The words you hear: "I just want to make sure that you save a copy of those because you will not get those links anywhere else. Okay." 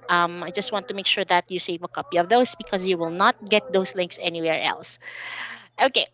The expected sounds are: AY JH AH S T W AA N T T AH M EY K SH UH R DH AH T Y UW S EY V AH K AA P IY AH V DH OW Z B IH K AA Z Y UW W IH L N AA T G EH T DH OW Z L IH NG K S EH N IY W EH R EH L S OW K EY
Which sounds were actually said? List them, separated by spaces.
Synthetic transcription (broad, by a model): AY JH AH S T W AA N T T AH M EY K SH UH R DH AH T Y UW S EY V AH K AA P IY AH V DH OW S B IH K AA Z Y UW W IH L N AA T G EH T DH OW S L IH NG K S EH N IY W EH R EH L S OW K EY